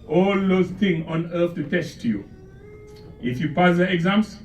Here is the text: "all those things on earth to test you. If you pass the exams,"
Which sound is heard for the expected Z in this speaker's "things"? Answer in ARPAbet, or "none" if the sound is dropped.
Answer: none